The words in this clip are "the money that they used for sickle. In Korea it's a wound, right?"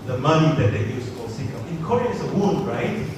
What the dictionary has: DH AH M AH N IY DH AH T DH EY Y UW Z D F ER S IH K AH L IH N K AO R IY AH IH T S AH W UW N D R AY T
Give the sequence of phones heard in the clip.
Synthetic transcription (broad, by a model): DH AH M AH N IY DH AH T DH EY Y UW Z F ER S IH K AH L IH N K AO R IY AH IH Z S AH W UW L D R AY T